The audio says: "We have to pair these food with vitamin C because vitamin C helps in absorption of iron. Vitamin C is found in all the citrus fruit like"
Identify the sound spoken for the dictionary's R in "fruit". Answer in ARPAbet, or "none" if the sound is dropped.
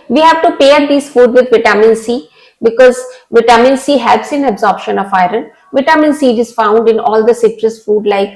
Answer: none